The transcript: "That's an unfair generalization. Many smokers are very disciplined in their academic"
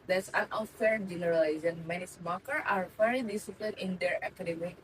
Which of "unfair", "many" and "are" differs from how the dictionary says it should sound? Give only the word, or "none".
unfair